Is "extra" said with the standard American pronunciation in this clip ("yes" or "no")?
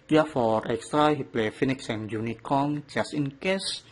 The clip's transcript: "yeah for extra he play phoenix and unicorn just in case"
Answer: yes